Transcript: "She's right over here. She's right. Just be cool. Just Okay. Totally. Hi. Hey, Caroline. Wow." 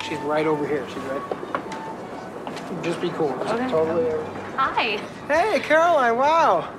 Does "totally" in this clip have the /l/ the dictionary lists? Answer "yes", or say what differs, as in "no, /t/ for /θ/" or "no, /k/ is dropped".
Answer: no, /l/ is dropped